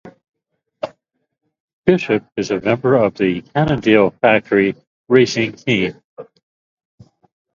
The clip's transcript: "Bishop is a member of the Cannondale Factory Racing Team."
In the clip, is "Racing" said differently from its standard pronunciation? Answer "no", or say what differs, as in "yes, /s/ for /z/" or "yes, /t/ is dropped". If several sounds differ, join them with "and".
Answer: no